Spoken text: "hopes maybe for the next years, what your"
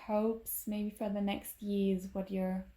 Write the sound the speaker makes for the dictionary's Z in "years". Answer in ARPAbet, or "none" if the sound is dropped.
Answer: Z